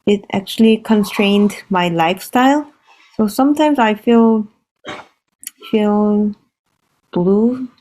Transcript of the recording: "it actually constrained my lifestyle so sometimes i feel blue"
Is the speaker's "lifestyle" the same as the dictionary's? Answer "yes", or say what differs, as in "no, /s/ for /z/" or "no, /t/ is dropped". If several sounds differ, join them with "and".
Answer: yes